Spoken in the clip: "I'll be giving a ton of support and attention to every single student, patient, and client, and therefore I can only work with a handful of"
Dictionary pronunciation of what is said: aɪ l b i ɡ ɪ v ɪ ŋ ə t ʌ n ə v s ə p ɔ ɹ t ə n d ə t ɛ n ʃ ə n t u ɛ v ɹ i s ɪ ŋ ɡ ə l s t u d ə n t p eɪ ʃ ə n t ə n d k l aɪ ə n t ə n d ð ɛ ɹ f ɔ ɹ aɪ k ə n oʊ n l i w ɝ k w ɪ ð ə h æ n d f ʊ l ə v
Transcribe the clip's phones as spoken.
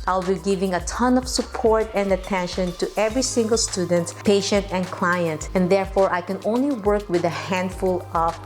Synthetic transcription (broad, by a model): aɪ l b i ɡ ɪ v ɪ ŋ ə t ʌ n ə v s ə p ɔ ɹ t ə n d ə t ɛ n ʃ ə n t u ɛ v ɹ i s ɪ ŋ ɡ ə l s t u d ə n t p eɪ ʃ ə n t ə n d k l aɪ ə n t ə n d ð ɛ ɹ f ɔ ɹ aɪ k ə n oʊ n l i w ɝ k w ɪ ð ə h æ n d f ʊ l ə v